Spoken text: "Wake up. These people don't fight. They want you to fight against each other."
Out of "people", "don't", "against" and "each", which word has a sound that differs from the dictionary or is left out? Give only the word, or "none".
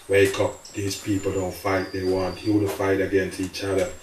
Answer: none